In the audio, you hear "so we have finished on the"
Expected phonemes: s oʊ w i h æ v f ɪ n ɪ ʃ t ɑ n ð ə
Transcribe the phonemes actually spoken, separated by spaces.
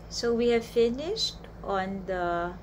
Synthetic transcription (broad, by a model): s oʊ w i h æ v f ɪ n ɪ ʃ t ɑ n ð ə